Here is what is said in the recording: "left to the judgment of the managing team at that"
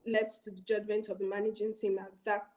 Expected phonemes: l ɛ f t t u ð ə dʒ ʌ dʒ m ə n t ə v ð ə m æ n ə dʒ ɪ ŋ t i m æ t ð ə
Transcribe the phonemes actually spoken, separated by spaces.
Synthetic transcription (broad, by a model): l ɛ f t t u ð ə dʒ ʌ dʒ m ə n t ə v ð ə m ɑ n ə dʒ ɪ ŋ t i m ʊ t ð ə